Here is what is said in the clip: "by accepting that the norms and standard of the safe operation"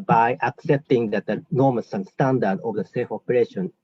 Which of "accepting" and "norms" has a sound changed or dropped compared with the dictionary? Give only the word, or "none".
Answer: norms